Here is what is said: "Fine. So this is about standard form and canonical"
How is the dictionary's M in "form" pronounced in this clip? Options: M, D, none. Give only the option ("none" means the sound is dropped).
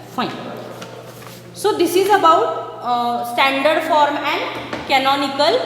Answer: M